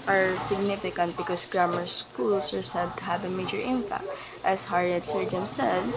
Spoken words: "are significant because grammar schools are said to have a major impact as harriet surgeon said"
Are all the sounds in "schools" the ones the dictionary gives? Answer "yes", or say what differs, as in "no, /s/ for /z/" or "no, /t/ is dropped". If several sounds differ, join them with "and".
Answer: no, /s/ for /z/